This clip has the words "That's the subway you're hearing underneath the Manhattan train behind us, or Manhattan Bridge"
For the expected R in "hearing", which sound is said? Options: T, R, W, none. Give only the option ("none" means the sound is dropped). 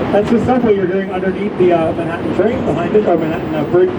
none